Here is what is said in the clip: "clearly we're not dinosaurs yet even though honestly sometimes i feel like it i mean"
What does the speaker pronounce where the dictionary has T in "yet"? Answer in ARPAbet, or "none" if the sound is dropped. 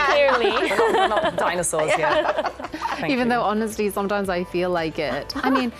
none